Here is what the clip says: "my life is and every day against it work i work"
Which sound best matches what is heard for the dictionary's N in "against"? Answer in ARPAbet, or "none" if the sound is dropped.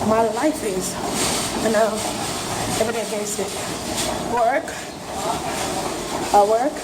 none